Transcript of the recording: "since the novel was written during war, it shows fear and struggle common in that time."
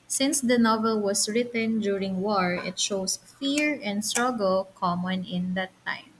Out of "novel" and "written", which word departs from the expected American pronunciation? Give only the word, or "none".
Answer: none